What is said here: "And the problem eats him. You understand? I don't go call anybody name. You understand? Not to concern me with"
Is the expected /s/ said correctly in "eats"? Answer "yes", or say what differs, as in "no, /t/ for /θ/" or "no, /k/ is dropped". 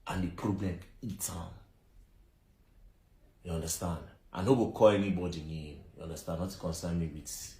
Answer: no, /s/ is dropped